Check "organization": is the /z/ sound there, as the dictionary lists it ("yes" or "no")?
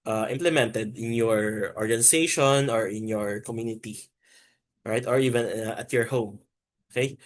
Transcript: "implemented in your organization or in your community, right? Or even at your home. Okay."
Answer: no